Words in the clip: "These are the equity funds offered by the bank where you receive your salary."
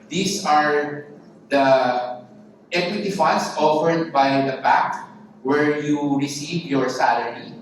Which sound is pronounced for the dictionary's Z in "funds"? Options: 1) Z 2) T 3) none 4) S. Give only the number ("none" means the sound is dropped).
4